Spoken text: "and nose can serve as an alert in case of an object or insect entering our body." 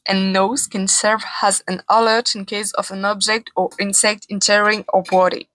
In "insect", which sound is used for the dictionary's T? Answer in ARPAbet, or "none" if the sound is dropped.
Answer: T